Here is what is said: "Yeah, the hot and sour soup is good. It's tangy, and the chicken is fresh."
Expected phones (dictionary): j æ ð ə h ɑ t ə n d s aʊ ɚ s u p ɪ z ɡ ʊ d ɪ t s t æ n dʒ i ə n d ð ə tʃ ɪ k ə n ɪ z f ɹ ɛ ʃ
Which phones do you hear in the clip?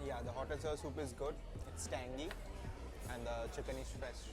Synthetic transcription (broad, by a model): j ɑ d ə h ɑ t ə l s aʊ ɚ s u p ɪ z ɡ ʊ d ɪ t s t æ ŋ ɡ i ə n d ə tʃ ɪ k ə n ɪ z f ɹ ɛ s